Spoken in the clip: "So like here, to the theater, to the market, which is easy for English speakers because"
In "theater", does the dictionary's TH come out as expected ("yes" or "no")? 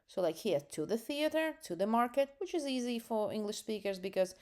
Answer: yes